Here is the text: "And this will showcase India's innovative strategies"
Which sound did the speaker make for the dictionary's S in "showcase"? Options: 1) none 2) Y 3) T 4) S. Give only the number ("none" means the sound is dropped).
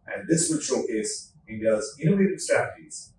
1